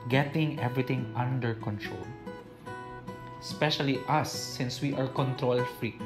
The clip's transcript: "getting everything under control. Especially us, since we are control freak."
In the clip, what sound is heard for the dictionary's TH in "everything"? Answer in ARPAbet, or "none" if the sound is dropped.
T